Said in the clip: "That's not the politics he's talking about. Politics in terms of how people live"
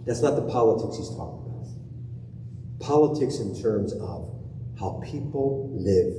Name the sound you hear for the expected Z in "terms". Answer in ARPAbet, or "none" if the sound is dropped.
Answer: Z